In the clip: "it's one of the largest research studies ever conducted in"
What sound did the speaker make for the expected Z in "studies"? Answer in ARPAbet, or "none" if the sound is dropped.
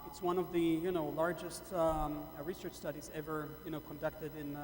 Z